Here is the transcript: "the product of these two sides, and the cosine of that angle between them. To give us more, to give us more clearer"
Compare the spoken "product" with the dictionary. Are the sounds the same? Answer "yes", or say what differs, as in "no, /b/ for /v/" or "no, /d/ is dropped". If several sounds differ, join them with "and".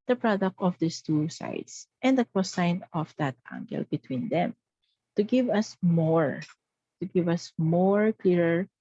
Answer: yes